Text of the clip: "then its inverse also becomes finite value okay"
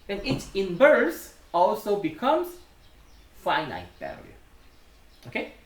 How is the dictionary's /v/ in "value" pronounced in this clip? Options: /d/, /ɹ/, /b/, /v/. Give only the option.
/b/